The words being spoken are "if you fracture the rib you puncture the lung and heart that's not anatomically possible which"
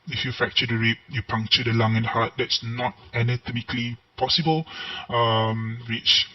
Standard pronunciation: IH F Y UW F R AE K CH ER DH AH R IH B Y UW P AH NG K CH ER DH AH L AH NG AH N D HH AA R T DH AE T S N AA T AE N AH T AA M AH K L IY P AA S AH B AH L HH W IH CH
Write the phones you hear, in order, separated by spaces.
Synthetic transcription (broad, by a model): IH F Y UW F AE K CH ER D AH R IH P Y UW P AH NG K CH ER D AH L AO NG AH N D HH AA T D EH T S N AA T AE N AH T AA M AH K L IY P AA S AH B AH L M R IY CH